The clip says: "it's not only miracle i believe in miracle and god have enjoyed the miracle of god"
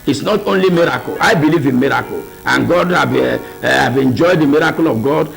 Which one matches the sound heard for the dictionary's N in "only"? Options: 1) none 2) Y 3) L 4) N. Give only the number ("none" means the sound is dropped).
4